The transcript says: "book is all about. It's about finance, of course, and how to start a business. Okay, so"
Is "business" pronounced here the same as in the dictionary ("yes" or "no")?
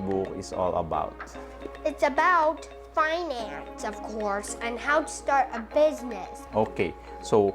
yes